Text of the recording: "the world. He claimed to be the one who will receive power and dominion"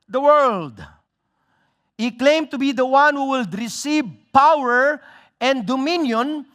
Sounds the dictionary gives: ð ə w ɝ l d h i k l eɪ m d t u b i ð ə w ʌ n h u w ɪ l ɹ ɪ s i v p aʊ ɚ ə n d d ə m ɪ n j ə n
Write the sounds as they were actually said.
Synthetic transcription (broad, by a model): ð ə w ɝ l d h i k l eɪ m t u b i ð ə w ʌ n h u w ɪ l ɹ ɪ s i v p aʊ ɚ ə n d d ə m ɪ n j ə n